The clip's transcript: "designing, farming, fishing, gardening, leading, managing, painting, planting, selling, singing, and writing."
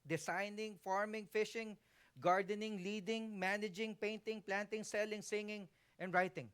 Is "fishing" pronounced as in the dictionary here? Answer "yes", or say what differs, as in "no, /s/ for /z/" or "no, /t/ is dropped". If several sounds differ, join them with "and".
yes